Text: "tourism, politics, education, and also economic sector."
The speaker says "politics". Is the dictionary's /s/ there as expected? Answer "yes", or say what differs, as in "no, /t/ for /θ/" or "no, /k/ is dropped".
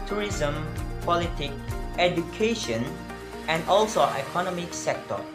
no, /s/ is dropped